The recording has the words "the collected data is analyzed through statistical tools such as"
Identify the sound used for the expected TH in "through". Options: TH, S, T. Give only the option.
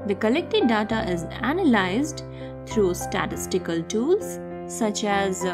T